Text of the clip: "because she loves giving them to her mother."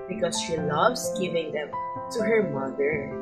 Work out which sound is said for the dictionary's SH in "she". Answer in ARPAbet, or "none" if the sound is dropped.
SH